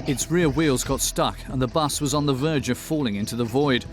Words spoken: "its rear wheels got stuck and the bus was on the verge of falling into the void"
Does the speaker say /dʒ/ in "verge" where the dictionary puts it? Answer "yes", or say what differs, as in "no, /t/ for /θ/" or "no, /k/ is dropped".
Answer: yes